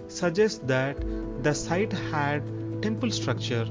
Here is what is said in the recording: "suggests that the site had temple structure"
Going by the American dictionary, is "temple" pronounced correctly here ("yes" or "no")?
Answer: yes